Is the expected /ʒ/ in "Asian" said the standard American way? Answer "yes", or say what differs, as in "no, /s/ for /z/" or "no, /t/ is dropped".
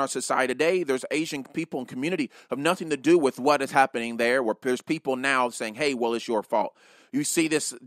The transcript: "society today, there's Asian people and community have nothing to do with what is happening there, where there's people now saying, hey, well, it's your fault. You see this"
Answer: yes